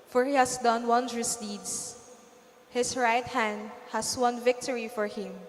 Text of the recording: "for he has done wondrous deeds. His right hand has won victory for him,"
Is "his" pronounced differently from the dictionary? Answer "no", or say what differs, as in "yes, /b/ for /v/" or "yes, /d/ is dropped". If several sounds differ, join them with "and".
yes, /s/ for /z/